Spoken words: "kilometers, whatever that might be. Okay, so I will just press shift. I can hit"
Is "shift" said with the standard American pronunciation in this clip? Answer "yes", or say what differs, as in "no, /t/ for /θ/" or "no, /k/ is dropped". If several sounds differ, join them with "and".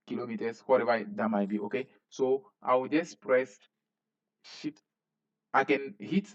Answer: no, /f/ is dropped